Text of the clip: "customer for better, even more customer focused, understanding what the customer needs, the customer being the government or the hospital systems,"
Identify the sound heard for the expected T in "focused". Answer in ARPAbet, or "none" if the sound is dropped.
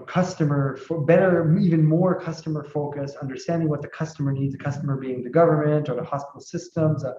none